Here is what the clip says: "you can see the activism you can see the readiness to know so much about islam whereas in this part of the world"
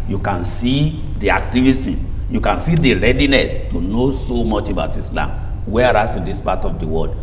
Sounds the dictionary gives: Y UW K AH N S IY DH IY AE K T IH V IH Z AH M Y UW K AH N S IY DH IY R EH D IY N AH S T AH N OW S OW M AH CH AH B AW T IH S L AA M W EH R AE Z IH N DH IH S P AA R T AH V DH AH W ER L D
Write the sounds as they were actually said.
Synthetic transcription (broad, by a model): Y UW K AH N S IY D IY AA K T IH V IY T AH Y UW K AH N S IY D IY R EH D IY N AH S T AH N OW S OW M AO CH AH B AW T IH S L AA M W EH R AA S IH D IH S P AA T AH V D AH W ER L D